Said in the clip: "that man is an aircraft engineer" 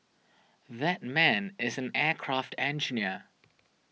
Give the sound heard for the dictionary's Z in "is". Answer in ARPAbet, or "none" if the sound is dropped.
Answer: Z